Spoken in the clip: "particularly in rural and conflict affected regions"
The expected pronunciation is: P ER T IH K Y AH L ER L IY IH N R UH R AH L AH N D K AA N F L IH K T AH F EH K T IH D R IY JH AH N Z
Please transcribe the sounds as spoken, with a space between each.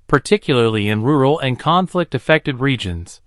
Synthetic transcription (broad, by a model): P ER T IH K Y L ER L IY IH N R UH R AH L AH N K AA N F L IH K T AH F EH K T IH D R IY JH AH N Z